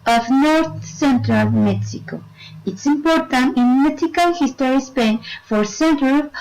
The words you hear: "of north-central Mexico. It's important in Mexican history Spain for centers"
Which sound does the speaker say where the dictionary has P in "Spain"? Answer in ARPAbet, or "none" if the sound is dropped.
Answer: P